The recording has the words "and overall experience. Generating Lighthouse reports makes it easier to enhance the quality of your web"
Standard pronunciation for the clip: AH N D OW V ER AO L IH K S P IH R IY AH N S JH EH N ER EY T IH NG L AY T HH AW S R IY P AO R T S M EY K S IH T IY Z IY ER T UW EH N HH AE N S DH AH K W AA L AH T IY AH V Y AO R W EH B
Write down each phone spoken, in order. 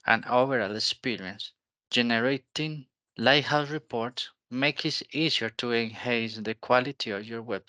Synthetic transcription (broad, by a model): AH N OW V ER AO L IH K S P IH R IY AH N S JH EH N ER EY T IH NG L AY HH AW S R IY P AO R T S M EY K IH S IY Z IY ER T UW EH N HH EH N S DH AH K W AA L AH T IY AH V Y AO R W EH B